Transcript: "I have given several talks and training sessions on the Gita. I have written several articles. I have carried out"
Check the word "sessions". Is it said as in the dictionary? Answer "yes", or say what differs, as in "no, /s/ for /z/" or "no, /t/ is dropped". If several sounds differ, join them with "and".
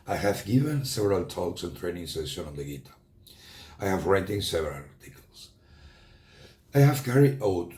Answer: no, /z/ is dropped